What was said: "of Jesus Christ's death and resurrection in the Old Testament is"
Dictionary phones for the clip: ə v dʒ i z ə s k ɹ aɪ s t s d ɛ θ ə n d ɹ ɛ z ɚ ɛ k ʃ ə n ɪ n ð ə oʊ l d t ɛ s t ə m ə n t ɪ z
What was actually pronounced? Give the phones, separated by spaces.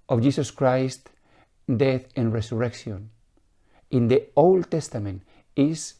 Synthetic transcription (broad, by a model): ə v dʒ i s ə s k ɹ aɪ s t d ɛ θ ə n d ɹ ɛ s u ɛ k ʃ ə n ɪ n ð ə oʊ l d t ɛ s t ə m ə n t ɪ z